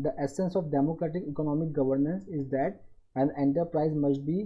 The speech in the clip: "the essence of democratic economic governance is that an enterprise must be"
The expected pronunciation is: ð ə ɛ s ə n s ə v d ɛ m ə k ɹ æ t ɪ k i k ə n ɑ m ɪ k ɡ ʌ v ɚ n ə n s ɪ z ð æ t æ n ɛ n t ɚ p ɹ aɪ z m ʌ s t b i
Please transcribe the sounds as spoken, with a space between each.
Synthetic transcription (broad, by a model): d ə ɛ s ə n s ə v d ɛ m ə k ɹ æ t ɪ k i k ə n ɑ m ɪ k ɡ ʌ v ɚ n ə n s ɪ z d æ t æ n ɛ n t ɚ p ɹ aɪ z m ʌ s t b i